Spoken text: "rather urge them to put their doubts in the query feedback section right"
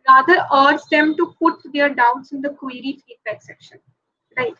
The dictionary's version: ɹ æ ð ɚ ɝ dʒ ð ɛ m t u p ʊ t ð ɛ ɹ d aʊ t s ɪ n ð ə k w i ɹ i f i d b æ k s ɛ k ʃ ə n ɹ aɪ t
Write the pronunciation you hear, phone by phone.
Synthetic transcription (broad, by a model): ɹ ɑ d ɚ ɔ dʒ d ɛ m t u p ʊ t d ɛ ɹ d aʊ t s ɪ n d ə k w i ɹ i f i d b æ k s ɛ k ʃ ə n ɹ aɪ t